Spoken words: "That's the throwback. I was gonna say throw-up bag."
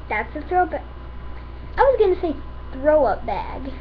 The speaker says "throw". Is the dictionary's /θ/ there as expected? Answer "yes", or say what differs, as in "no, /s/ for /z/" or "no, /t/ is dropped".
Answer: yes